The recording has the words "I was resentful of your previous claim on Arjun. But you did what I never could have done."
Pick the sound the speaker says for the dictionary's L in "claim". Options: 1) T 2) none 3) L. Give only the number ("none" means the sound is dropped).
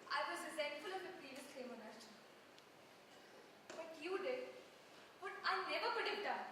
2